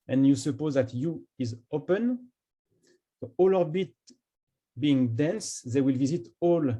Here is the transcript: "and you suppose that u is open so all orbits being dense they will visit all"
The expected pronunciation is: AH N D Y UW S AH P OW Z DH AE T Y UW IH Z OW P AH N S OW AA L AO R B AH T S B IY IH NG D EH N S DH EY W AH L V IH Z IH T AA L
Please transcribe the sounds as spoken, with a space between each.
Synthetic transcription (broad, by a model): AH N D Y UW S AH P OW Z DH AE T Y UW IH Z OW P AH N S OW AA L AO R B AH T B IY IH NG D EH N S DH EY W AH L V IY Z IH T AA L